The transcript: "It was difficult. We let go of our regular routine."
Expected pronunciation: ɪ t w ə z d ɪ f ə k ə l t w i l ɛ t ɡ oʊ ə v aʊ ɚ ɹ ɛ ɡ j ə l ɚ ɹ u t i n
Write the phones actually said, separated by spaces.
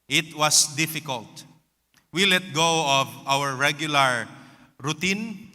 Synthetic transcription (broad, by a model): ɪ t w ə s d ɪ f ə k ə l t w i l ɛ t ɡ oʊ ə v aʊ ɚ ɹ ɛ ɡ j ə l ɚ ɹ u t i n